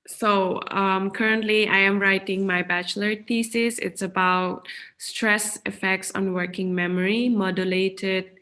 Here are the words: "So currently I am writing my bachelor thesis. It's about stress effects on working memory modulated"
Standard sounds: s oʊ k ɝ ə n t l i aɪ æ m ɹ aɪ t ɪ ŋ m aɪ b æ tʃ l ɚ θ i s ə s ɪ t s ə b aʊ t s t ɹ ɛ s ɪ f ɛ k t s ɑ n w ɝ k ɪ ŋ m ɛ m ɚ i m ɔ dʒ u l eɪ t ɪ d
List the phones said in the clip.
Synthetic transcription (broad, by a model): s oʊ k ɝ ə n t l i aɪ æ m ɹ aɪ t ɪ ŋ m aɪ b æ tʃ l ɚ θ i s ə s ɪ t s ə b aʊ t s t ɹ ɛ s ɪ f ɛ k t s ɑ n w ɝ k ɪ ŋ m ɛ m ɚ i m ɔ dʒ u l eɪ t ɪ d